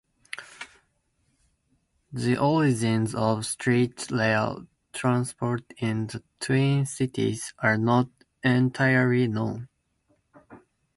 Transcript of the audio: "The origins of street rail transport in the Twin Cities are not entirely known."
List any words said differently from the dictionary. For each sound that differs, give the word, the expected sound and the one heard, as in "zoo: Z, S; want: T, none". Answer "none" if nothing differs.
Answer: rail: R, L